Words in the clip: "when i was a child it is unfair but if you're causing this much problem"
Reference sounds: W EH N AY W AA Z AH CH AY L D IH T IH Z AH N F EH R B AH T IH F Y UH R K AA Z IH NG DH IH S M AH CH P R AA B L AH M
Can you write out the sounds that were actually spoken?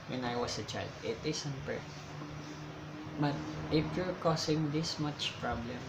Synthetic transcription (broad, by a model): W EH N AY W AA S AH CH AY L D IH T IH S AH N P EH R B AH T IH F Y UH R K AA S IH NG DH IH S M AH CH P R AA B L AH M